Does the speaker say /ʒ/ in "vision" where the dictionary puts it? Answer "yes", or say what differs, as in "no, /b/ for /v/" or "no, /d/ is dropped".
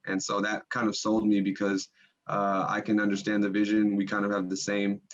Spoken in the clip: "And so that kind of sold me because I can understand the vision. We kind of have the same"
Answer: yes